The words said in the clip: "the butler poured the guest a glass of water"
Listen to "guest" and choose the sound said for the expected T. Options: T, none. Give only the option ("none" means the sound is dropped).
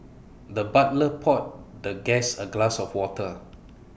none